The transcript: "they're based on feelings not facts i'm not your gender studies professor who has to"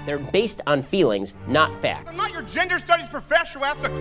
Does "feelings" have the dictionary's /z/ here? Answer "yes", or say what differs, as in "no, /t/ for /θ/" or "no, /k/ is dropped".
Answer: yes